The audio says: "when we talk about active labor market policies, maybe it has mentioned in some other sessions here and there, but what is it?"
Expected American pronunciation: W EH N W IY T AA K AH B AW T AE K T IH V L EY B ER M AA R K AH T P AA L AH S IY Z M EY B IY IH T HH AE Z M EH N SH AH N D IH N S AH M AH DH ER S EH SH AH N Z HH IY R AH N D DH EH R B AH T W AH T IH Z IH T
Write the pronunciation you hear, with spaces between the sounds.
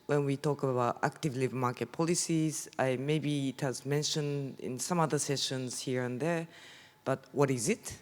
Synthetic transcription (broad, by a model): W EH N W IY T AA K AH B AW T AE K T IH V L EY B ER M AA R K AH T P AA L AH S IY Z M EY B IY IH T HH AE Z M EH N SH AH N D IH N S AH M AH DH ER S EH SH AH N Z HH IY R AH N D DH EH R B AH T W AH T IH Z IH T